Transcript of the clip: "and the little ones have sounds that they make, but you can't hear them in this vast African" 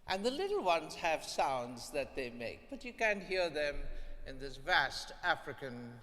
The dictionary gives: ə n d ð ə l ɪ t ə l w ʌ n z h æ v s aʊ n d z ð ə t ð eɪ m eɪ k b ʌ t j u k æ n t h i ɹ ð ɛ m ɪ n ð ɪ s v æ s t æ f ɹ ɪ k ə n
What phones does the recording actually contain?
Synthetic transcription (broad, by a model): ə n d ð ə l ɪ t l w ʌ n z h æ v s aʊ n d z ð ə t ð eɪ m eɪ k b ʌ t j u k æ n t h i ɹ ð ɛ m ɪ n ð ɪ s v æ s t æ f ɹ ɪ k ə n